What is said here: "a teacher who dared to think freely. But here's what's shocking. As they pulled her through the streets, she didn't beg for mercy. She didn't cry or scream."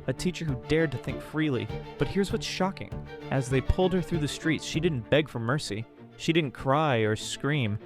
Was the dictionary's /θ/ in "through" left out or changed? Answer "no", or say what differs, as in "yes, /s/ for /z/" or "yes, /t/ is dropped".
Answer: no